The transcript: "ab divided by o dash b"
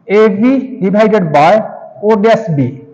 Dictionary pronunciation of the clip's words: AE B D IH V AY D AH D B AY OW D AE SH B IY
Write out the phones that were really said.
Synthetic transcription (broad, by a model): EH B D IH B AY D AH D B AY OW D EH S B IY